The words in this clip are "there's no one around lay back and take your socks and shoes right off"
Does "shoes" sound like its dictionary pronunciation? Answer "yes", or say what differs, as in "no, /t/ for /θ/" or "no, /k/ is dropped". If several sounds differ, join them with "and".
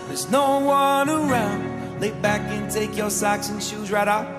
yes